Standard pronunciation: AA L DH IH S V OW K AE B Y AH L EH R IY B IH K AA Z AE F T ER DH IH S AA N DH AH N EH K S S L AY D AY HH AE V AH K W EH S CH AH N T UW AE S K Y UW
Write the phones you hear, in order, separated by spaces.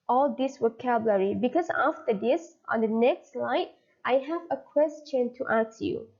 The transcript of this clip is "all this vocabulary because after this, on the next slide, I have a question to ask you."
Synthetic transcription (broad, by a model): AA L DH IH S W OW K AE B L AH R IY B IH K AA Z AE F T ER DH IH S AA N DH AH N EH K S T L AY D AY HH AE V AH K W EH S CH AH N T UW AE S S Y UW